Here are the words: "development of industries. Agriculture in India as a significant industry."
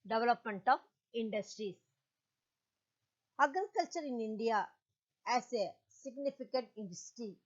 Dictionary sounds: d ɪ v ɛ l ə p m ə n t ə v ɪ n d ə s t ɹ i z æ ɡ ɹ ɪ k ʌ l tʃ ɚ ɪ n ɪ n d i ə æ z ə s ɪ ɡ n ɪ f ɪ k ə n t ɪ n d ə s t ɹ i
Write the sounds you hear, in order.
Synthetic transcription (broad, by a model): d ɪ v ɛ l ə p m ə n t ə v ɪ n d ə s t ɹ i s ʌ ɡ ɪ k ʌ l tʃ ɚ ɪ n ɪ n d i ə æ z ə s ɪ ɡ n ɪ f ɪ k ə n t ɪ n d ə s t ɹ i